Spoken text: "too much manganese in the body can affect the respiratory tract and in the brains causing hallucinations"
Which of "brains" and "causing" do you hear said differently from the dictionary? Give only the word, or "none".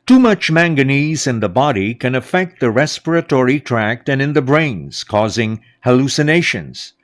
none